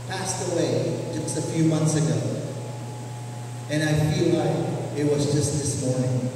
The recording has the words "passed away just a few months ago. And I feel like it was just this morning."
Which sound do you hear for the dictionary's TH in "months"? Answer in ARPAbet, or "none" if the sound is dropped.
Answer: TH